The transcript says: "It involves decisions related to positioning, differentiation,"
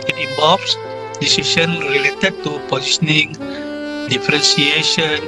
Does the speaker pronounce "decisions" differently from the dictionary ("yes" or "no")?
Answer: yes